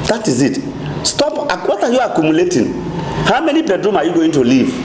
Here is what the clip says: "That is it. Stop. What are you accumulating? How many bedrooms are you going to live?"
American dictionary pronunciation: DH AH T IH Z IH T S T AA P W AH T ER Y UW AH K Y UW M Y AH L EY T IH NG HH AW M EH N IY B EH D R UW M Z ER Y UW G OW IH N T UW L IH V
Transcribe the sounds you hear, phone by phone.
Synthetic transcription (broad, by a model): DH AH T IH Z IH T S T AA P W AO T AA Y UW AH K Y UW M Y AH L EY T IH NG HH AW M EH N IY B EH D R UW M AA Y UW G OW IH N T UW L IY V